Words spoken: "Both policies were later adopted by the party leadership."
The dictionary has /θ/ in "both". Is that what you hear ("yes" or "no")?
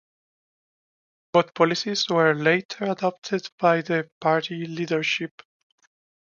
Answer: no